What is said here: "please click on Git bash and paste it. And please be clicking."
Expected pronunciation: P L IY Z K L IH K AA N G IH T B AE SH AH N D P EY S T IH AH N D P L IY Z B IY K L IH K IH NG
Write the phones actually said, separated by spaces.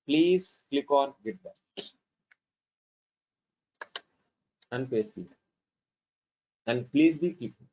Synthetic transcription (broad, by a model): P L IY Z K L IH K AA N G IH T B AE AH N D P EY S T IH AH N D P L IY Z B IY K L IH K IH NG